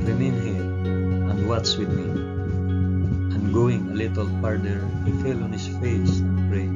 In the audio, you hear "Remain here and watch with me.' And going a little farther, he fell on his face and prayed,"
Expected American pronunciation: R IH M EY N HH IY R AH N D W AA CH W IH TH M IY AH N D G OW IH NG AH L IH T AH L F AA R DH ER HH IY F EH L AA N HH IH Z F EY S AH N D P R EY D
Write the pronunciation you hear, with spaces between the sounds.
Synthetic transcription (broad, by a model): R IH M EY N HH IY R AH N D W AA S W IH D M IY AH N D G OW IH NG AH L IH T AH L P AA R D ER HH IY F EH L AA N HH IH S F EY S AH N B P R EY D